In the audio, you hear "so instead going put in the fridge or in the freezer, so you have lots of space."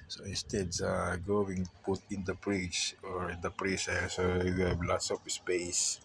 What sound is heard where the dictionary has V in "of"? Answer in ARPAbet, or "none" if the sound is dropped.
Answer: P